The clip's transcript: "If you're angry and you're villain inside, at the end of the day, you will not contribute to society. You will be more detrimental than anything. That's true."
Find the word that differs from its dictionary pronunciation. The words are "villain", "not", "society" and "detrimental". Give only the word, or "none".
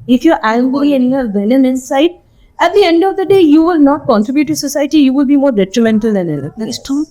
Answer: villain